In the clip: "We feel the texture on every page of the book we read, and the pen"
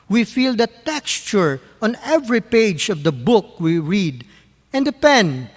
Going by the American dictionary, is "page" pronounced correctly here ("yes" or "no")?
yes